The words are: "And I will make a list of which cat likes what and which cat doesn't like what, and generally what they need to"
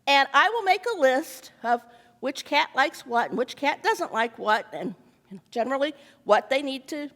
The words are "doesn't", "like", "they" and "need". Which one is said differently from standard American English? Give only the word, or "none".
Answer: none